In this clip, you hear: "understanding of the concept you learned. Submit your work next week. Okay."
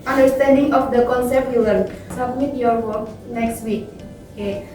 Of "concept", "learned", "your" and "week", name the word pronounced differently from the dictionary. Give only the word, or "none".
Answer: learned